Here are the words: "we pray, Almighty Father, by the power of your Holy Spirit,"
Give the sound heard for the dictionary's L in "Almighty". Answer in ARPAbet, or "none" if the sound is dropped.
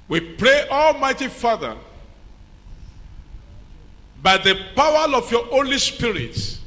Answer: L